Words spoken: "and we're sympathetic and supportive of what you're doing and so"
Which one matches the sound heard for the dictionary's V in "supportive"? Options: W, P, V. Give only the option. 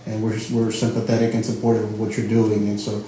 W